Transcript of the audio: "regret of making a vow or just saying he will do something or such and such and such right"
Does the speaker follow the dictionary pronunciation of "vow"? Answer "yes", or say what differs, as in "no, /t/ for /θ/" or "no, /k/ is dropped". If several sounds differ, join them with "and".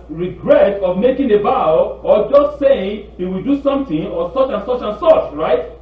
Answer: no, /b/ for /v/